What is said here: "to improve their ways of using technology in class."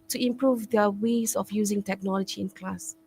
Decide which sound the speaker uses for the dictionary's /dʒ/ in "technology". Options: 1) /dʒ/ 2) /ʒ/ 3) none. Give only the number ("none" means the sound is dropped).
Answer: 1